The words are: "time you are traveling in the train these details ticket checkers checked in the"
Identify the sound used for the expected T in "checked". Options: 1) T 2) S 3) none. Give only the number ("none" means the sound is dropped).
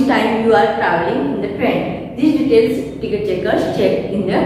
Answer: 3